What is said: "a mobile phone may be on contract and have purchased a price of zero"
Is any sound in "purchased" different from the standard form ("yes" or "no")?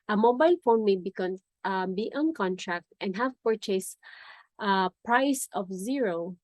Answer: no